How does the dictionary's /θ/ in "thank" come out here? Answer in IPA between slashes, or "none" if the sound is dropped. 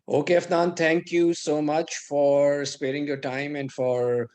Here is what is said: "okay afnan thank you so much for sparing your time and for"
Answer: /t/